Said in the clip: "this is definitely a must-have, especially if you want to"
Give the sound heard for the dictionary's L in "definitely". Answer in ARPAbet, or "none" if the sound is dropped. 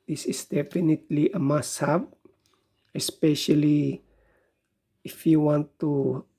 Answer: L